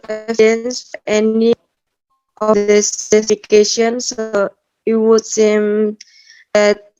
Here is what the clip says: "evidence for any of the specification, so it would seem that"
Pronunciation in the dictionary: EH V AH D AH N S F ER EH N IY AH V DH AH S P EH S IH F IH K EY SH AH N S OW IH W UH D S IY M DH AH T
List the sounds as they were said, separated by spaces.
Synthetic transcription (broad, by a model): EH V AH N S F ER EH N IY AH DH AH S EH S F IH K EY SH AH N S OW IH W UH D S IY M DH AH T